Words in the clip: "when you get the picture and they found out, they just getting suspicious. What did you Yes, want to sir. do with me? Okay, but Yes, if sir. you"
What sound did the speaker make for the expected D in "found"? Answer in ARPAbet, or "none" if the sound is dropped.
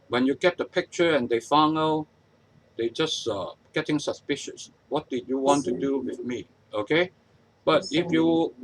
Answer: none